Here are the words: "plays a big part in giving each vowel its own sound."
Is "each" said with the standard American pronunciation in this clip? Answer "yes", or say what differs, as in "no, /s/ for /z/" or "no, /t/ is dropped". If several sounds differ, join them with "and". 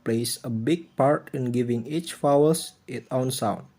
yes